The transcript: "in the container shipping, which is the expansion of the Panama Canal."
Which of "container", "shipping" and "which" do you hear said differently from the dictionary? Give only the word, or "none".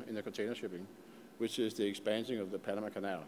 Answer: none